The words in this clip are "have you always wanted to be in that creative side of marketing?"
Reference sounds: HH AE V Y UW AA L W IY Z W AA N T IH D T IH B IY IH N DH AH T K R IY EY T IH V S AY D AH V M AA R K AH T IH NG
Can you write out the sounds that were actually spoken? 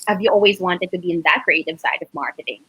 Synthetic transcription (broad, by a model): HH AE V Y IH AA L W IY Z W AA N T IH D T IH B IY IH N DH AH T K R IY EY T IH V S AY D AH V M AA R K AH T IH NG